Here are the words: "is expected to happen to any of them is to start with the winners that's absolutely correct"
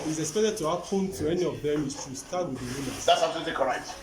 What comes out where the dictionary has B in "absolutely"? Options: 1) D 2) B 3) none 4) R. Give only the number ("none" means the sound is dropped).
3